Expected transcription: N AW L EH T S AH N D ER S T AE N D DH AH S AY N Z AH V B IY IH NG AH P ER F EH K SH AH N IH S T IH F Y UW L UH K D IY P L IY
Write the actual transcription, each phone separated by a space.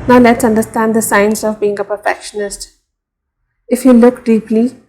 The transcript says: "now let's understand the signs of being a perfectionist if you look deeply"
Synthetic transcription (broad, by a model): N AW L EH T S AH N D ER S T AE N D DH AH S AY N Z AH V B IY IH NG AH P ER F EH K SH AH N IH S T IH F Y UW L UH K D IY P L IY